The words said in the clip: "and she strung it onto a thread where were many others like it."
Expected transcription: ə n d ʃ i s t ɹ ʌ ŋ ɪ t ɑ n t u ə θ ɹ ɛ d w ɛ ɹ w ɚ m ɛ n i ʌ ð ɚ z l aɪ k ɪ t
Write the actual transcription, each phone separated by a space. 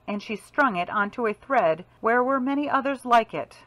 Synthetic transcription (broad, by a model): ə n ʃ i s t ɹ ʌ ŋ ɪ t ɑ n t u ə θ ɹ ɛ d w ɛ ɹ w ɚ m ɛ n i ʌ ð ɚ z l aɪ k ɪ t